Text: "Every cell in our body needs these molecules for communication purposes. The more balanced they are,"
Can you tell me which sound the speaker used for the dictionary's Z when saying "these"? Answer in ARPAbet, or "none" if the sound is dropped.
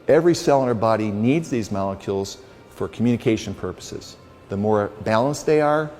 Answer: Z